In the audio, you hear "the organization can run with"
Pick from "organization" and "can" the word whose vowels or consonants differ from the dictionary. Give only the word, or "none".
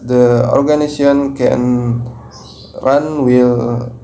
organization